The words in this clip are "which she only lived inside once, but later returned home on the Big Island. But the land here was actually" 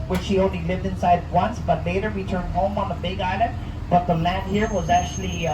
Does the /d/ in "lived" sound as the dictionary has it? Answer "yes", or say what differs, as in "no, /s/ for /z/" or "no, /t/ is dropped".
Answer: yes